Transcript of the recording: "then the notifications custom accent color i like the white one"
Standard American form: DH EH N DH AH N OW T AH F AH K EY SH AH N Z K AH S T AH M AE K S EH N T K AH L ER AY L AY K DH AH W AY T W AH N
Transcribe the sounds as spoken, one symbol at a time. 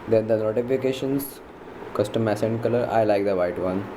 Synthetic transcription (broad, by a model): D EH N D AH N OW T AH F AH K EY SH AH N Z K AH S T AH M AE S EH N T K AH L ER AY L AY K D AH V AY T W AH N